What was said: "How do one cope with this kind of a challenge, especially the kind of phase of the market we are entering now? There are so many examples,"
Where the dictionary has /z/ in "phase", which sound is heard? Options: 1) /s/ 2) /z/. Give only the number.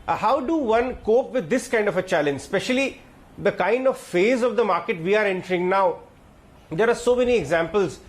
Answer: 2